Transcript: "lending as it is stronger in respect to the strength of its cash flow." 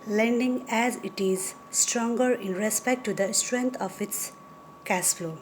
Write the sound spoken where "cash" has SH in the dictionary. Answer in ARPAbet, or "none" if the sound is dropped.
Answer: S